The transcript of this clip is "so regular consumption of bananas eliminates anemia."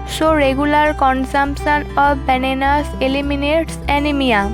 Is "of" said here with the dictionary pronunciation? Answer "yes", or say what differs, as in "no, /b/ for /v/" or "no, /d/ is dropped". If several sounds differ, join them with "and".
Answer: no, /b/ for /v/